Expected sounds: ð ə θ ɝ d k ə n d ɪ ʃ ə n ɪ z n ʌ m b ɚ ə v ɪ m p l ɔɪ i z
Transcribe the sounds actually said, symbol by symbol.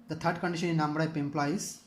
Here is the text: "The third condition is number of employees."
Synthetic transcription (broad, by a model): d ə t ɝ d k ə n d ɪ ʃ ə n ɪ n ʌ m b ɚ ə p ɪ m p l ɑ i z